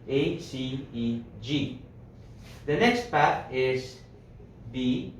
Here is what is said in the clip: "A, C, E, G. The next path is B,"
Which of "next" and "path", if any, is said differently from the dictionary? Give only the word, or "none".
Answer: path